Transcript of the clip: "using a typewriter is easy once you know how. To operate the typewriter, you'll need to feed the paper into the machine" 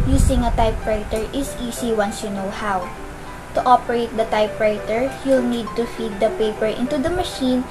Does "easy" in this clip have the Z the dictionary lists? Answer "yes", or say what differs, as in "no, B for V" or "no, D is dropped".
no, S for Z